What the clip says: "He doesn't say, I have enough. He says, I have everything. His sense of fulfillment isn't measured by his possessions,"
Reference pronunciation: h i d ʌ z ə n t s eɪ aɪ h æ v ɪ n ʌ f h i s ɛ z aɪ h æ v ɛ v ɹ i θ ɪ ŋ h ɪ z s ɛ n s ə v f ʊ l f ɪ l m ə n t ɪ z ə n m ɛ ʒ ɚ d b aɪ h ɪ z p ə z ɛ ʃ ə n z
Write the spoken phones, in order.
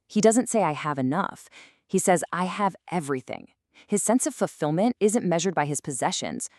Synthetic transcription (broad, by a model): h i d ʌ z ə n t s eɪ aɪ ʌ v ɪ n ʌ f h i s ɛ z aɪ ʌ v ɛ v ɹ i θ ɪ ŋ h ɪ z s ɛ n s ə v f l f ɪ l m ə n t ɪ z ə n m ɛ ʒ ɚ d b aɪ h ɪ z p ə z ɛ ʃ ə n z